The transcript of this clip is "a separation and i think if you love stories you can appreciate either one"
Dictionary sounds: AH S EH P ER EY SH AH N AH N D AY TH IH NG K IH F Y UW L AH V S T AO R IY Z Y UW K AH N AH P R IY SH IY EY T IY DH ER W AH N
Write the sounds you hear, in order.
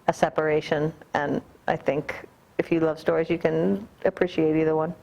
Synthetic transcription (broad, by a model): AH S EH P ER EY SH AH N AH N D AY TH IH NG K IH F Y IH L AH V S T AO R IY Z Y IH K AH N AH P R IY SH IY EY T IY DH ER W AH N